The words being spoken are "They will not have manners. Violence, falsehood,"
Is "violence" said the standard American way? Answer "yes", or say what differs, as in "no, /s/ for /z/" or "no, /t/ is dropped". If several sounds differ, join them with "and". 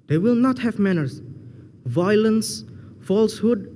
yes